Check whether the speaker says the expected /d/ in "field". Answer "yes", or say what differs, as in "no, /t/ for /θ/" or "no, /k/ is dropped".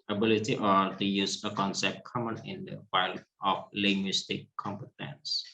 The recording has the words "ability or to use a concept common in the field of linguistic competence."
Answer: no, /d/ is dropped